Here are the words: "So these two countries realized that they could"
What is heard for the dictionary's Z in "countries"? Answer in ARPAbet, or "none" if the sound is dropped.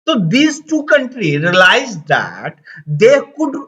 none